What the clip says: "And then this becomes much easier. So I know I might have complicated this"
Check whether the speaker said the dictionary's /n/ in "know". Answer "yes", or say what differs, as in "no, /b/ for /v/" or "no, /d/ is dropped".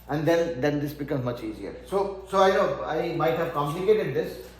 no, /l/ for /n/